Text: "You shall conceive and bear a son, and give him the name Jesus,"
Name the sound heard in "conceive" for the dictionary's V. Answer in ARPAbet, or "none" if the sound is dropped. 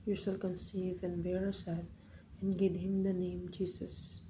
V